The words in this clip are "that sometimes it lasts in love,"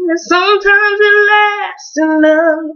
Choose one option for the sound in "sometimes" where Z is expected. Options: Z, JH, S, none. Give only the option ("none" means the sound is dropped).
Z